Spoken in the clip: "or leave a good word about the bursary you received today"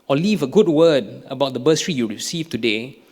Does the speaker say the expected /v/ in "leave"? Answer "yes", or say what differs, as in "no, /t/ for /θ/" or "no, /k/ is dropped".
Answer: yes